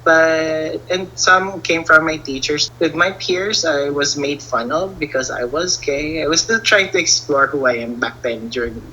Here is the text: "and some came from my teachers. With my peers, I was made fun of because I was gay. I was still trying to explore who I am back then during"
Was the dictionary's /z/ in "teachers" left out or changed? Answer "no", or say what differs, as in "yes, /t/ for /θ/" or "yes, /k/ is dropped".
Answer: yes, /s/ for /z/